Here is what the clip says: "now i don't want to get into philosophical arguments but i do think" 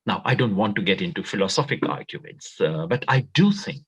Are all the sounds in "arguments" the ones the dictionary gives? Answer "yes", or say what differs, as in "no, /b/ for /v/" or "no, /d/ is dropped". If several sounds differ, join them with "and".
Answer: no, /n/ is dropped